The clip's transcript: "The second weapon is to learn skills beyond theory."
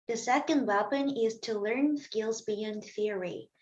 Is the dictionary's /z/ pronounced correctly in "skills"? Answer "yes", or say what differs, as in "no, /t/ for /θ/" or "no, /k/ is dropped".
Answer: yes